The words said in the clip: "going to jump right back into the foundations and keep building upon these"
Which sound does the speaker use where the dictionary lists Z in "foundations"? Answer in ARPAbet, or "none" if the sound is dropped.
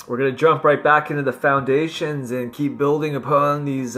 Z